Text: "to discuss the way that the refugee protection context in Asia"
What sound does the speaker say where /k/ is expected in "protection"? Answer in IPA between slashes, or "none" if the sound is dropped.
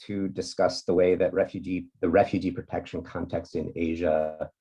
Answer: /k/